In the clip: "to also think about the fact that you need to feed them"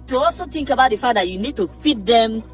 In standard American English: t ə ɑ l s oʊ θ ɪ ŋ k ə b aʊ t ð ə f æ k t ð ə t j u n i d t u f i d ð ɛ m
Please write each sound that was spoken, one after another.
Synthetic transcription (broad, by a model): t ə ɑ l s oʊ t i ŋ k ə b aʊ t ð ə f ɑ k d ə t j u n i d t u f i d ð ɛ m